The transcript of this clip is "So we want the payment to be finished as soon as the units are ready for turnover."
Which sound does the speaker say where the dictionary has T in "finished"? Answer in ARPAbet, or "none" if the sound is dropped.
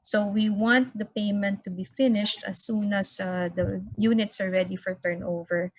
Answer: T